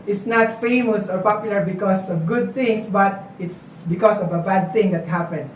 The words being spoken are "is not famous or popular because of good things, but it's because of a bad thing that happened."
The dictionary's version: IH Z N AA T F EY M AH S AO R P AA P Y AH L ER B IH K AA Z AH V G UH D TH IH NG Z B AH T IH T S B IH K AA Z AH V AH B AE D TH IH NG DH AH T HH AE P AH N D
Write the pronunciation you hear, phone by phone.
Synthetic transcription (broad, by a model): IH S N AA T F EY M AH S AO R P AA P Y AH L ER B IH K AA S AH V G UH D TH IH NG S B AH T IH T S B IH K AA S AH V AH B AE D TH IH NG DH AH T HH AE P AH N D